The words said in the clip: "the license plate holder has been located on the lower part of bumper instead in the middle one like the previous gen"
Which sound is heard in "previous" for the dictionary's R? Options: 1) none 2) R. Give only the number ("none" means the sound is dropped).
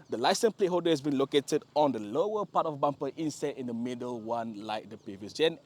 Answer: 1